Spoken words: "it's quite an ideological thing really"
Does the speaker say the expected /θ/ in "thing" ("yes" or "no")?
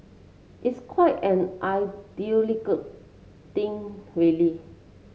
no